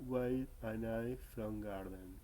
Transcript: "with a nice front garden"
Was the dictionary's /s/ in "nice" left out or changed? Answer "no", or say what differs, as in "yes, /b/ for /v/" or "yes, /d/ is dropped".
yes, /s/ is dropped